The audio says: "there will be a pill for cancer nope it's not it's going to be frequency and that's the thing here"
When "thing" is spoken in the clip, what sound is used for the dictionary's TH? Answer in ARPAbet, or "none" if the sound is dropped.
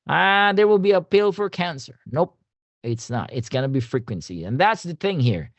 TH